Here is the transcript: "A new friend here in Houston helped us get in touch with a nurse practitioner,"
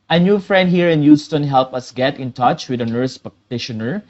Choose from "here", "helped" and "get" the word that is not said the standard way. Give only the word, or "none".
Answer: helped